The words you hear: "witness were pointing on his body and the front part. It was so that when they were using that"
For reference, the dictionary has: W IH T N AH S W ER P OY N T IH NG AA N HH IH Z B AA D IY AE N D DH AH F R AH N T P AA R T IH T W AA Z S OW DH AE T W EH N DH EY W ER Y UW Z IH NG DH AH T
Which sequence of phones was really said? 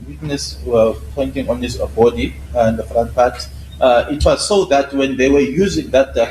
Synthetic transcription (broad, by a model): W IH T N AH S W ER P OY N T IH NG AA N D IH S B AA D IY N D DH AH F R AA N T P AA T IH T W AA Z S OW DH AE T W EH N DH EY W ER Y UW Z IH NG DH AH T